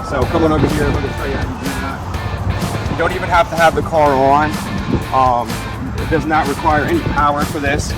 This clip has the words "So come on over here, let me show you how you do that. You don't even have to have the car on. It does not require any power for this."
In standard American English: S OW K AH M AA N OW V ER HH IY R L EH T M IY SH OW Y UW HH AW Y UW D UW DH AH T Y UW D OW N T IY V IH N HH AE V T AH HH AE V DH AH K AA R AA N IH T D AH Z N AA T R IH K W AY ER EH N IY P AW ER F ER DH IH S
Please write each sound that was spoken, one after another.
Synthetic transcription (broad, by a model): S OW K AH M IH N OW V ER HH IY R W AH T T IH S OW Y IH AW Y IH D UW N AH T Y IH D OW N T IY V IH N HH AE F T AH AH V DH AH K AA R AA N IH T D AH Z N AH T R IH K W AY ER EH N IY P AW ER F ER DH IH S